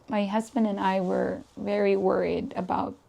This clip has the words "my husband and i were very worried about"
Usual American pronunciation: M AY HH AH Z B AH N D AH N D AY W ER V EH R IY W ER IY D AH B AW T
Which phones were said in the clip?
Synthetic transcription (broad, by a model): M AY HH AH Z B AH N D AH N AY W ER V EH R IY W ER IY D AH B AW T